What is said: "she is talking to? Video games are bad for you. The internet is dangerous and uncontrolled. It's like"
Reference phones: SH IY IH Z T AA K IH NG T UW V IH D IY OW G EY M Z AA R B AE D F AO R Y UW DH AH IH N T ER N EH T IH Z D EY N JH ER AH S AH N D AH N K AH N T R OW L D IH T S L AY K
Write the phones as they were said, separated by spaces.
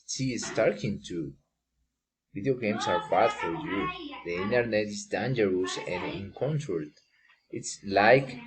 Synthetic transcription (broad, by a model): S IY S S T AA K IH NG T UW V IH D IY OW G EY M S AA R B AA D F AO R Y UW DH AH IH N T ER N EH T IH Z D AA N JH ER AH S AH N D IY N K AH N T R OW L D IH T S L AY K